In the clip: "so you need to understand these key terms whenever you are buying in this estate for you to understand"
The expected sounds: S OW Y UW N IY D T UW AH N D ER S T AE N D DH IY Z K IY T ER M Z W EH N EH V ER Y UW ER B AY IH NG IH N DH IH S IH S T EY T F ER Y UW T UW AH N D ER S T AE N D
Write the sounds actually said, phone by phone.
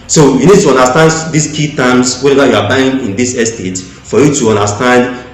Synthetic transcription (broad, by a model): S OW Y UW N IY D T UW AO N D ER S T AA N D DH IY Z K IY T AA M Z W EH EH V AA Y UW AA B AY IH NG IH N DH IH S IH S T EY T F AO Y UW T UW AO N D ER S T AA N D